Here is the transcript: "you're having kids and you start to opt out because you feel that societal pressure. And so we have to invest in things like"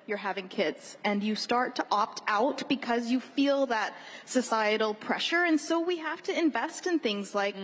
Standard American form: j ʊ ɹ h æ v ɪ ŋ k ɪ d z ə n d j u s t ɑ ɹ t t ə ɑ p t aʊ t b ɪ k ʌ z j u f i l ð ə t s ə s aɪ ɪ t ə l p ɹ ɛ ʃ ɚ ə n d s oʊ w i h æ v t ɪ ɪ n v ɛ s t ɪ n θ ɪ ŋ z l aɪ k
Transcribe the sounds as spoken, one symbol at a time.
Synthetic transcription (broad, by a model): j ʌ ɹ h æ v ɪ ŋ k ɪ d z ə n j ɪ s t ɑ ɹ t t ɑ p t aʊ t b ɪ k ʌ z j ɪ f i l ð ə t s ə s aɪ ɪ t l p ɹ ɛ ʃ ɚ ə n s oʊ w i h æ f t ɪ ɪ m v ɛ s t ɪ n θ ɪ ŋ z l aɪ k